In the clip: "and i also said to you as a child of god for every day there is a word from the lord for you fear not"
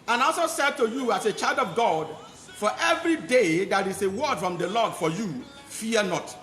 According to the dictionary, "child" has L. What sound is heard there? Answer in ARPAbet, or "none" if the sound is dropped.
L